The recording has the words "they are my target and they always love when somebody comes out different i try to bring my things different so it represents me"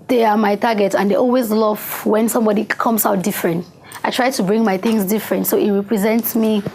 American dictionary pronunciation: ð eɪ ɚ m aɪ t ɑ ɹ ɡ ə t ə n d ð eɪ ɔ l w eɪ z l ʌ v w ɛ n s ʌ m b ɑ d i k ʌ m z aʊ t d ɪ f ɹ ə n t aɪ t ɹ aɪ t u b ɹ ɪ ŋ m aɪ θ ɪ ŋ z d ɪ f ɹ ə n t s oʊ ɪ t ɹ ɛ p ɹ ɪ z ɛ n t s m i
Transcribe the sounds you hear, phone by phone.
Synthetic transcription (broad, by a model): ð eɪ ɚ m aɪ t ɑ ɡ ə t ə n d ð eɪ ɔ l w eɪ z l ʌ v w ɛ n s ʌ m b ɑ d i k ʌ m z aʊ t d ɪ f ɹ ə n t aɪ t ɹ aɪ t u b ɹ ɪ ŋ m aɪ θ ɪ ŋ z d ɪ f ɹ ə n t s oʊ ɪ t ɹ ɛ p ɹ ɪ z ɛ n t s m i